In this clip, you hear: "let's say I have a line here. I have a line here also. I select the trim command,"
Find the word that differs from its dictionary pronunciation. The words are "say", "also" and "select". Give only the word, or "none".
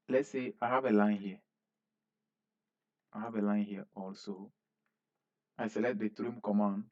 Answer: select